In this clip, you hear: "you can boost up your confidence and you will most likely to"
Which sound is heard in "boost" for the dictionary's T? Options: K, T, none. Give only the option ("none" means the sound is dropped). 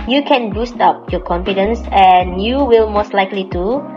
T